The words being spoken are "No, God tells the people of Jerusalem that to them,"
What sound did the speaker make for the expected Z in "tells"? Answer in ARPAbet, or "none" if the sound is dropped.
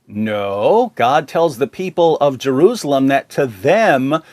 Z